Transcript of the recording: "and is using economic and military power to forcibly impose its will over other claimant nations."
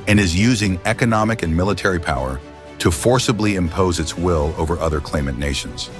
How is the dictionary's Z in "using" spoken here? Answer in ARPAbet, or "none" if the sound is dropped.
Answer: Z